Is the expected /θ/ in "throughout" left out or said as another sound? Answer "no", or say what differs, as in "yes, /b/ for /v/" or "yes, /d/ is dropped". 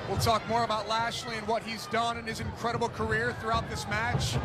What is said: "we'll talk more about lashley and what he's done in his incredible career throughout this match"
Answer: no